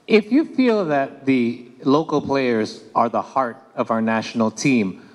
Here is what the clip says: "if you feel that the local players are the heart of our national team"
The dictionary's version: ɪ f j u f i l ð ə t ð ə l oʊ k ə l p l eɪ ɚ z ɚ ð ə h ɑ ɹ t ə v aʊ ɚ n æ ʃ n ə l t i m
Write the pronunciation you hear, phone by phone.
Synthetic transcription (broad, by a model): ɪ f j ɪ f i l ð ə t ð ə l oʊ k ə l p l eɪ ɚ z ɚ ð ə h ɑ ɹ t ə v aʊ ɚ n æ ʃ n l t i m